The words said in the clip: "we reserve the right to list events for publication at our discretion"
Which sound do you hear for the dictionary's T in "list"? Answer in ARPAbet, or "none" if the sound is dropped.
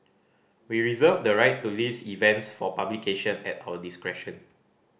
none